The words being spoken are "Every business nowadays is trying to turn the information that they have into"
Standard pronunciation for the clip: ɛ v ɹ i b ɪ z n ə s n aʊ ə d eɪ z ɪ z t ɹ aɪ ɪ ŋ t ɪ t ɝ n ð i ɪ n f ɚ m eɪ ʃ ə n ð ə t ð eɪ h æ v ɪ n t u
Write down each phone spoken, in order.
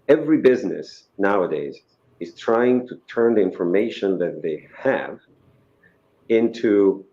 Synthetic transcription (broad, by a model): ɛ v ɹ i b ɪ z n ə s n aʊ ə d eɪ z ɪ z t ɹ aɪ ɪ ŋ t ɪ t ɝ n ð i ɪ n f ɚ m eɪ ʃ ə n ð ə t ð eɪ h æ v ɪ n t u